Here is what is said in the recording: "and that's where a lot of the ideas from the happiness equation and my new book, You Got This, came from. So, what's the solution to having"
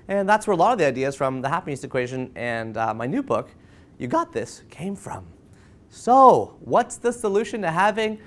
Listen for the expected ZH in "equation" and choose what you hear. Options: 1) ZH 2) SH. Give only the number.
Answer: 1